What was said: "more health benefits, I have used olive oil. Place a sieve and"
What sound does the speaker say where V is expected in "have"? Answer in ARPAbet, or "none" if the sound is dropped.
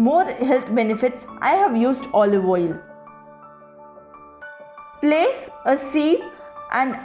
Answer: V